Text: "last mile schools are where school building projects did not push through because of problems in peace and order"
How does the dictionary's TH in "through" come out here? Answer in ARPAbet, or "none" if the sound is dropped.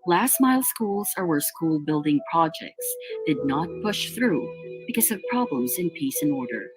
TH